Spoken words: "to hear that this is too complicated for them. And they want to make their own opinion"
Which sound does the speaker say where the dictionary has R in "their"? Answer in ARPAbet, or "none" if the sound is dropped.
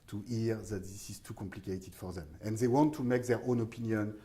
R